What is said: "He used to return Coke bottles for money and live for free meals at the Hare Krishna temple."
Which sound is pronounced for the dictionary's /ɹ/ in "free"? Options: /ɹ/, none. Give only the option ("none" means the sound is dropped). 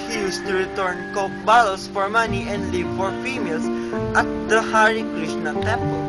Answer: none